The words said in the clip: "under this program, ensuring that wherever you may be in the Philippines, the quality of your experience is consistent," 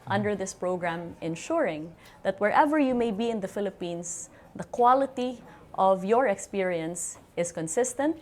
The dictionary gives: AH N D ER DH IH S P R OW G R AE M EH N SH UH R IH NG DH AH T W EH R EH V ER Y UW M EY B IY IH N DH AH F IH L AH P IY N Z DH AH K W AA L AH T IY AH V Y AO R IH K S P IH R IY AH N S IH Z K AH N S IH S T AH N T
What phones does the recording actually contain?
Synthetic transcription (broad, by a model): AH N D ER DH IH S P R OW G R AE M EH N SH UH R IH NG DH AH T W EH R EH V ER Y UW M EY B IY IH N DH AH F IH L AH P IY N S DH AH K W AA L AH T IY AH V Y AO R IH K S P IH R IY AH N S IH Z K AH N S IH S T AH N T